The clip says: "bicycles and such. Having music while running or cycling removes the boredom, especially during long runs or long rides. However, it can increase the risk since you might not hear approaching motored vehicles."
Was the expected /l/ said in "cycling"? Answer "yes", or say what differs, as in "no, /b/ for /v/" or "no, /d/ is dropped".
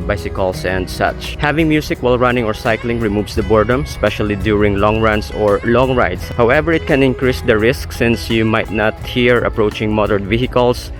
yes